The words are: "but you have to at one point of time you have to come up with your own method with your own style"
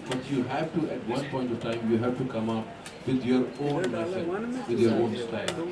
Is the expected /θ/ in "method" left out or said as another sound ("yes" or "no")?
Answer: yes